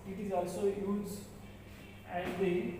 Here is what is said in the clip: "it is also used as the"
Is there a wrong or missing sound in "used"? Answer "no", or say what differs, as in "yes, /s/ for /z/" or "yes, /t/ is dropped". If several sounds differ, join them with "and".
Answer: yes, /d/ is dropped